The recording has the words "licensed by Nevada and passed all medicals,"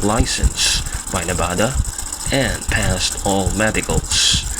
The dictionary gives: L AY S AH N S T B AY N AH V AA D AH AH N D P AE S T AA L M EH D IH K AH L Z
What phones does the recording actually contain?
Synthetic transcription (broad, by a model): L AY S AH N S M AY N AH B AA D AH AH N P AE S T AA L M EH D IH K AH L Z